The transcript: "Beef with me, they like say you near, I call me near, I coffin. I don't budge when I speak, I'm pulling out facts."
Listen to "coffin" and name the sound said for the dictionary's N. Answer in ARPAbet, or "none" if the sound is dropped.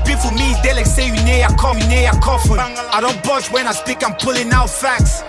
none